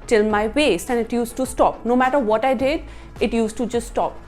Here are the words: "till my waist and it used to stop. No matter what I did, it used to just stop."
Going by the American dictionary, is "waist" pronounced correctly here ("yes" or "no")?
no